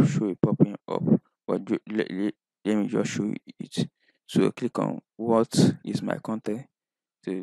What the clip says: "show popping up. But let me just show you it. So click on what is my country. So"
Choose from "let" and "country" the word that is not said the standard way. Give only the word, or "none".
country